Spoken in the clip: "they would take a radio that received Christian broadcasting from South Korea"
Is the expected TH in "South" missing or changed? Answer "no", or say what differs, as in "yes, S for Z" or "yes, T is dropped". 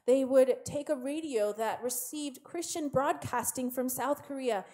no